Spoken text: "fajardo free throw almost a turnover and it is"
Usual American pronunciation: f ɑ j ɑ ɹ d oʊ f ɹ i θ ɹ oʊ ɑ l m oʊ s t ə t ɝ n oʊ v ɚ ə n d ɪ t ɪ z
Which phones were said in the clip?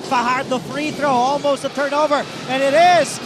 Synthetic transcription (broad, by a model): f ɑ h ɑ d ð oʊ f ɹ i θ ɹ oʊ ɑ l m oʊ s t ə t ɝ n oʊ v ɚ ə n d ɪ t ɪ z